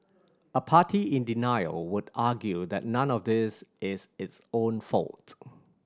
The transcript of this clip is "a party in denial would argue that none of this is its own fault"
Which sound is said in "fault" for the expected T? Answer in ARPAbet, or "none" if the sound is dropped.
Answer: T